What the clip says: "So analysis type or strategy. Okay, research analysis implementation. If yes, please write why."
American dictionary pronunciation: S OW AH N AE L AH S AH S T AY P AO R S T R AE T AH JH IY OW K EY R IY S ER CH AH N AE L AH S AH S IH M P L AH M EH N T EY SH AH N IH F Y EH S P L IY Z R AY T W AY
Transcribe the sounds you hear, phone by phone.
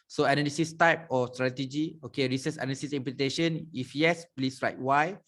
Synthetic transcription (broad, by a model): S OW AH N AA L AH S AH S T AY P AO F S T R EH T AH JH IY OW K EY R IY S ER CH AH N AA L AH S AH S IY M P L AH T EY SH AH N IH F Y EH S P L IY S R AY T W AY